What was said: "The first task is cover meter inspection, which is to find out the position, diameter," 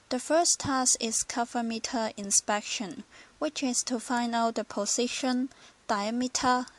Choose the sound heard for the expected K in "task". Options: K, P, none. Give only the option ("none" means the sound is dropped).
none